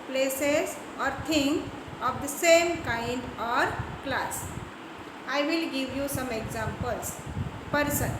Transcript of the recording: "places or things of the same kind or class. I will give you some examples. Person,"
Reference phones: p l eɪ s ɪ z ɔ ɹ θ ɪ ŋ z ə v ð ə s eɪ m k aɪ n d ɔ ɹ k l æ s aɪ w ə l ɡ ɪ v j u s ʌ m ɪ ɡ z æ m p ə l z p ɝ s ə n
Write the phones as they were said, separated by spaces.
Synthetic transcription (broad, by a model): p l eɪ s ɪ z ɔ ɹ t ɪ ŋ ə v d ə s eɪ m k aɪ n d ɔ ɹ k l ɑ s aɪ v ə l ɡ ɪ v j u s ʌ m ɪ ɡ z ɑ m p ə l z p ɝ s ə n